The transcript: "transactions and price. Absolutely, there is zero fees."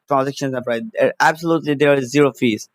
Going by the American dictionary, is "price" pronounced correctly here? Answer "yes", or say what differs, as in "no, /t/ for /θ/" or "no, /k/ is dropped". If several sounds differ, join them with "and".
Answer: no, /s/ is dropped